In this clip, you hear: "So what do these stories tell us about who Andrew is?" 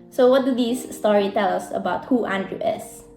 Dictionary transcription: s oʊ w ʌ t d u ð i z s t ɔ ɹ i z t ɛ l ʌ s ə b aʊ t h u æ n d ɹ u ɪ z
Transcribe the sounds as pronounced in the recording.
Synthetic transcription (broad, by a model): s oʊ w ʌ t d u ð i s t ɔ ɹ i t ɛ l ʌ s ə b aʊ t h u æ n d ɹ u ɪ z